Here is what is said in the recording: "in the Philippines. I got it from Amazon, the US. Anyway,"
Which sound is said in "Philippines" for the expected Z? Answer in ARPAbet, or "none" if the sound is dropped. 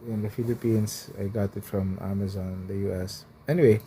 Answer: S